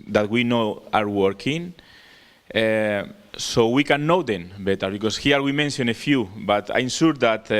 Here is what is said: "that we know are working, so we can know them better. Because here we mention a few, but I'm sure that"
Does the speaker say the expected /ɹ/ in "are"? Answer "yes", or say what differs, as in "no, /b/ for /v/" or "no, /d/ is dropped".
yes